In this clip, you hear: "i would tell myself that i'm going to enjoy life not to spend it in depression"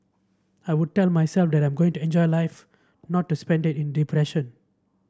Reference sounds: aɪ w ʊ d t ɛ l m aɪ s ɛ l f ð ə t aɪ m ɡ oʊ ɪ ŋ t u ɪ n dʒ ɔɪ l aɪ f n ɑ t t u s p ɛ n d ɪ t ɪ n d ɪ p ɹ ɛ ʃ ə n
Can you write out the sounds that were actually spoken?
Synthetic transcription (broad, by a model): aɪ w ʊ d t ɛ l m aɪ s ɛ l f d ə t aɪ m ɡ oʊ ɪ ŋ t u ɪ n dʒ ɔɪ l aɪ f n ɑ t t u s p ɛ n d ɪ t ɪ n d ɪ p ɹ ɛ ʃ ə n